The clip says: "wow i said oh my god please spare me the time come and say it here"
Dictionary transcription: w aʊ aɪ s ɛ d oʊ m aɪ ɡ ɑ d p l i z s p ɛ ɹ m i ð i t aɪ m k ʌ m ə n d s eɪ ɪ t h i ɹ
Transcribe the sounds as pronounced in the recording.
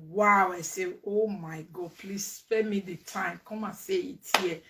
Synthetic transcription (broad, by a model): w aʊ aɪ s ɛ oʊ m aɪ ɡ ɑ d p l i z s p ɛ m i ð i t aɪ m k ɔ m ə n s eɪ ɪ t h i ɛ